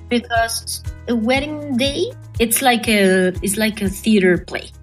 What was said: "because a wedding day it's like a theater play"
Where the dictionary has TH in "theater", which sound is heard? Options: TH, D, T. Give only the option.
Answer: TH